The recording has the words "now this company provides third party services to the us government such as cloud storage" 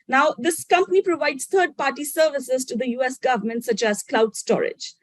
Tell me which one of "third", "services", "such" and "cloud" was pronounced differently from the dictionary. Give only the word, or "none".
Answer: third